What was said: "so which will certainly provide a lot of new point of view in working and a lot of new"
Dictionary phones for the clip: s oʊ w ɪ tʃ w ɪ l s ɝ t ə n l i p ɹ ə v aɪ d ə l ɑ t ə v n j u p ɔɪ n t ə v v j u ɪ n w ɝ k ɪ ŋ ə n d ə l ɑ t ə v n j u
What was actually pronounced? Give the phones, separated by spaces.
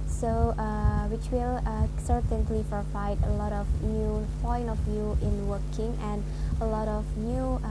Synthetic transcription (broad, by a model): s oʊ w ɪ tʃ w ɪ l s ɝ t ə n l i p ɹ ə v aɪ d ə l ɑ t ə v n j u p ɔɪ n t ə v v j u ɪ n w ɝ k ɪ ŋ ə n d ə l ɑ t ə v n j u